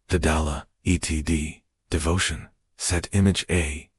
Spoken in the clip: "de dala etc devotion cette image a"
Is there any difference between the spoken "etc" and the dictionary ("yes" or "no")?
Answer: yes